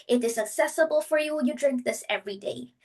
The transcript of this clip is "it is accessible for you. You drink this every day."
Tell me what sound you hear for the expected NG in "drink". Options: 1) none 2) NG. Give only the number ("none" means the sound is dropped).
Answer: 2